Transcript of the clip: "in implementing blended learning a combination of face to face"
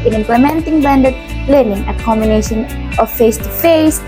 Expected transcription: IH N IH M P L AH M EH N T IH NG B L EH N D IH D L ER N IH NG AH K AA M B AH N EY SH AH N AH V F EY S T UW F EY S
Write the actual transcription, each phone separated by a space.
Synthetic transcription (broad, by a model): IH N IH M P L AH M EH N T IH NG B EH N D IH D L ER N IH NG AH K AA M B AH N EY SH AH N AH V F EY S T UW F EY S